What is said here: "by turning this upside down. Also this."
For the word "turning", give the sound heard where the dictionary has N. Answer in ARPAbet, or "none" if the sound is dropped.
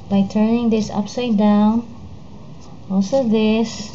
N